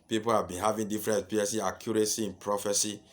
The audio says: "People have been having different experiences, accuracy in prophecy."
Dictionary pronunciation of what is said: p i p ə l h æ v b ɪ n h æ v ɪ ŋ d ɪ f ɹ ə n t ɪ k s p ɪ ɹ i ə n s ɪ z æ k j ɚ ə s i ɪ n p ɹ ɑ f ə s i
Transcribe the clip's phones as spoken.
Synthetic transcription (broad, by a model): p i p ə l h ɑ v b ɪ n h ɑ v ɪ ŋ d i f ɹ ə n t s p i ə s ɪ ɑ k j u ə s i ɪ n p ɹ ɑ f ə s i